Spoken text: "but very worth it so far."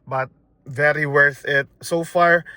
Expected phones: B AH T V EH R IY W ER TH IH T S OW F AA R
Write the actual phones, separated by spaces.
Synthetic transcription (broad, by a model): B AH T V EH R IY W ER TH IH T S OW F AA R